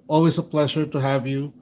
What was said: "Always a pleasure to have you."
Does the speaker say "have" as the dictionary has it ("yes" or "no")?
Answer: yes